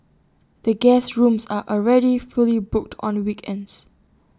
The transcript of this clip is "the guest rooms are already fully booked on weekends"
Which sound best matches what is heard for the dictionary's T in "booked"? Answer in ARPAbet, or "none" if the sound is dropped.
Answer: T